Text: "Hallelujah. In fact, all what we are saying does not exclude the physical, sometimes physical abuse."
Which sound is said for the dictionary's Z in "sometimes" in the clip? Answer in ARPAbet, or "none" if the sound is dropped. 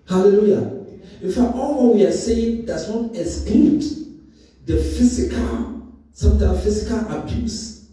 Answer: none